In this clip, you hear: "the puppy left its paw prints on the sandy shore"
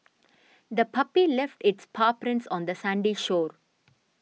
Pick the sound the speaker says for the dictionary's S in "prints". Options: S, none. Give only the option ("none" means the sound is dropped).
S